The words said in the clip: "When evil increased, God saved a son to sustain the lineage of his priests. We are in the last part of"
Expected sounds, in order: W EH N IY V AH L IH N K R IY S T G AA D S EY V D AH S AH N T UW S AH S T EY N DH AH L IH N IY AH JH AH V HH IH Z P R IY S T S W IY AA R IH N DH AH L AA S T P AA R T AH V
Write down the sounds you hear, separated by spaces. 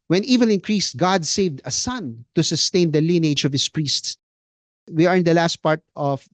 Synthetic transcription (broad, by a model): W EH N IY V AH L IH N K R IY S T G AA D S EY V D AH S AH N T UW S AH S T EY N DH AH L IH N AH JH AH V HH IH S P R IY S T S W IY AA R IH N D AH L AA S T P AA R T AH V